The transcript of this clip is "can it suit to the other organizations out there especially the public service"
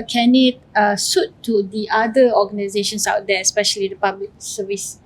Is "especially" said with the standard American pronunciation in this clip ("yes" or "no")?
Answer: yes